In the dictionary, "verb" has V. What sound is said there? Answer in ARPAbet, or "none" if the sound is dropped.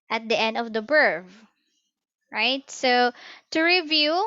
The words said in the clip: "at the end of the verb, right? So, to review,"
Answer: B